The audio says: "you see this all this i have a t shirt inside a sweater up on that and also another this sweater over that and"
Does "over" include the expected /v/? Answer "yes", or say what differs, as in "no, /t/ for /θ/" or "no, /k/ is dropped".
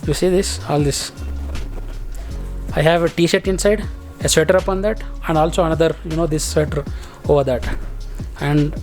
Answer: yes